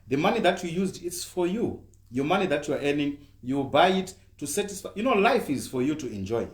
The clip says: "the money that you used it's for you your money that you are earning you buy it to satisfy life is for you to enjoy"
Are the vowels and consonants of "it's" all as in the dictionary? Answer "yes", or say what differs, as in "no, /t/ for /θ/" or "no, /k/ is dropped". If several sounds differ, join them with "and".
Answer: yes